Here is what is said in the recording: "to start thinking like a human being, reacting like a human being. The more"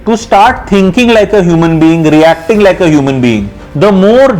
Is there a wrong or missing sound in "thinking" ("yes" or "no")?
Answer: yes